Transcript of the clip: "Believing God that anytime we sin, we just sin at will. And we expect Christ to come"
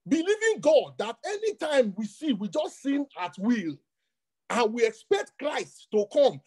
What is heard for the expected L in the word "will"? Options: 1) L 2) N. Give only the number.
1